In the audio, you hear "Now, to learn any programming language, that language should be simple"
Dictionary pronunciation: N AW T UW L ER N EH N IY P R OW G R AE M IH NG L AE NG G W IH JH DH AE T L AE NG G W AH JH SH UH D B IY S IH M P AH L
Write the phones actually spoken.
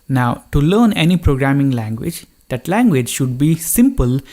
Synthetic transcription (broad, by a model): N AW T UW L ER N EH N IY P R OW G R AE M IH NG L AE NG G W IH JH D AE T L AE NG G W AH JH SH UH D B IY S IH M P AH L